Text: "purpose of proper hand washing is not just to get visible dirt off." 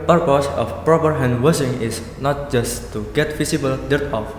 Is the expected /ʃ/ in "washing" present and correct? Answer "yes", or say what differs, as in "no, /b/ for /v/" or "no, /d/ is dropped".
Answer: no, /s/ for /ʃ/